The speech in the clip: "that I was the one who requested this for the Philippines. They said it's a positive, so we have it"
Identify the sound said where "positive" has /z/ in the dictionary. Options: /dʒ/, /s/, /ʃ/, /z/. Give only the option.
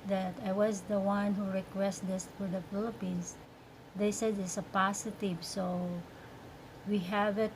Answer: /s/